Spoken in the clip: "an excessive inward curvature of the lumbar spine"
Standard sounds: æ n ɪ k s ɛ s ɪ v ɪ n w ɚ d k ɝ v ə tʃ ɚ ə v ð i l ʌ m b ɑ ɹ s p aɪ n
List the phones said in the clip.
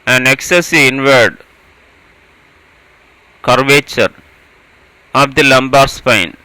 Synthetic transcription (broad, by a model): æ n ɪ k s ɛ s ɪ ɪ n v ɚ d k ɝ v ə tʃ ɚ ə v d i l ʌ m b ɑ ɹ s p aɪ n